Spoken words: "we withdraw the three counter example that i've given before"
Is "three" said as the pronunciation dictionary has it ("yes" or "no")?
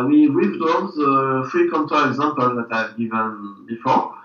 no